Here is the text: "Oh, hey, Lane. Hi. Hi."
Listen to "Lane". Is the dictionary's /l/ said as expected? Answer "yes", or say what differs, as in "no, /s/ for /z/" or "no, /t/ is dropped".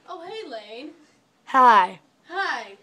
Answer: yes